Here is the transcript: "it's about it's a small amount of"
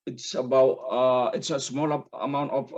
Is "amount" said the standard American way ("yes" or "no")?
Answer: yes